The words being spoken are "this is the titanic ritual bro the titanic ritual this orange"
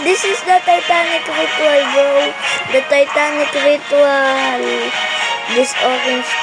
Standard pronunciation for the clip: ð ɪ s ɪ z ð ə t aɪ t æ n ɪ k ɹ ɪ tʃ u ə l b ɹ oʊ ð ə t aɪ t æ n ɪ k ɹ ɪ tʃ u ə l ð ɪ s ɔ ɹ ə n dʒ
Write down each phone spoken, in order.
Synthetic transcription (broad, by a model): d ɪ s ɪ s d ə t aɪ t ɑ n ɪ k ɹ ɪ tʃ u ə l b oʊ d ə t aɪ t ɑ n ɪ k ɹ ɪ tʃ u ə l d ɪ s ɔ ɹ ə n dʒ